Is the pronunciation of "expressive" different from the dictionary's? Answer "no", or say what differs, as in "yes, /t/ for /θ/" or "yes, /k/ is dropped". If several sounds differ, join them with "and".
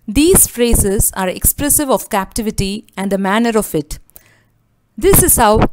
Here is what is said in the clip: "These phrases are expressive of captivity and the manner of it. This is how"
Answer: no